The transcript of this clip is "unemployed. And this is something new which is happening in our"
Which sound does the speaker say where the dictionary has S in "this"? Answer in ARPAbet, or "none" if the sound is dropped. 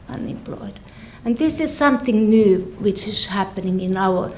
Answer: S